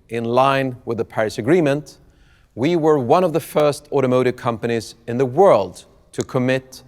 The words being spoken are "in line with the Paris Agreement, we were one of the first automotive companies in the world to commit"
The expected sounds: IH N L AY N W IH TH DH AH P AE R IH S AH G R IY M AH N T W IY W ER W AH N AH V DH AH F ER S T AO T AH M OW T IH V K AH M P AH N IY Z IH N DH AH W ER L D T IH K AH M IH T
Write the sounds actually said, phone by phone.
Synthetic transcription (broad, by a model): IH N L AY N W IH DH AH P AE R IH S AH G R IY M AH N T W IY W ER W AH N AH V DH AH F ER S T AO T AH M OW T IH V K AH M P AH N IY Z IH N DH AH W ER L D T IH K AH M IH T